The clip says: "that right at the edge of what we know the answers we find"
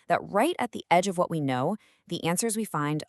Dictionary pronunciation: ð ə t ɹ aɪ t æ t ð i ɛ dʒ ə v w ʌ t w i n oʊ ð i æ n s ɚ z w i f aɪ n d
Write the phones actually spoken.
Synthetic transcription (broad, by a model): ð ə t ɹ aɪ t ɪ t ð i ɛ dʒ ə v w ʌ t w i n oʊ ð i æ n s ɚ z w i f aɪ n d